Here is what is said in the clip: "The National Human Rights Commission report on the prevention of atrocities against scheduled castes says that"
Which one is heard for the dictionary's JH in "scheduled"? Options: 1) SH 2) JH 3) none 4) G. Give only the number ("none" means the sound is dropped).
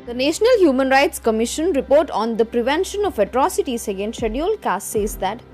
3